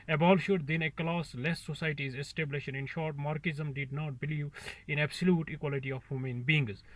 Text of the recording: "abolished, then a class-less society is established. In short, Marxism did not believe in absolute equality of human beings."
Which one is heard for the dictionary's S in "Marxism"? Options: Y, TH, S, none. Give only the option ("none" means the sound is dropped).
none